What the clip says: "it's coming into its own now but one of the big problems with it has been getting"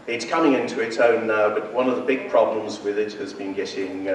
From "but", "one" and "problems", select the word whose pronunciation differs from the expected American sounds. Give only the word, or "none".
none